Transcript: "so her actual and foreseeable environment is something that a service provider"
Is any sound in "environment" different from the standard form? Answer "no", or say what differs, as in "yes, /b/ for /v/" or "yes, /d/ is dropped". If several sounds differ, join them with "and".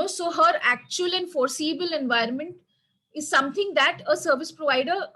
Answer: no